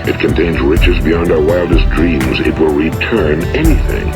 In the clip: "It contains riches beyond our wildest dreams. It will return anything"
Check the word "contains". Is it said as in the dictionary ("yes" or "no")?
yes